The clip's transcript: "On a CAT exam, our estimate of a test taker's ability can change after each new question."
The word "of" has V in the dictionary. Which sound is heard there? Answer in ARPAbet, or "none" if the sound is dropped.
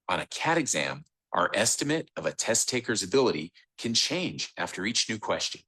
V